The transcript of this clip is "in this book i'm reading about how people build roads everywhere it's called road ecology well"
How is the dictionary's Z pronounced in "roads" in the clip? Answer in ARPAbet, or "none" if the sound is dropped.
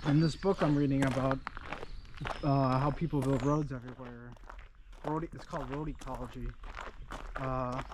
Z